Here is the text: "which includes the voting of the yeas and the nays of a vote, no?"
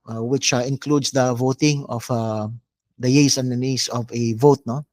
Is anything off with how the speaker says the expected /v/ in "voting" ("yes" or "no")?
no